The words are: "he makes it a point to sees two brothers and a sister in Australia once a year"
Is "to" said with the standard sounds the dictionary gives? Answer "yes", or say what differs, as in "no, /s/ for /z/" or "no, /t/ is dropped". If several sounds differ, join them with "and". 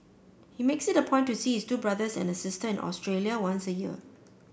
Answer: no, /s/ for /t/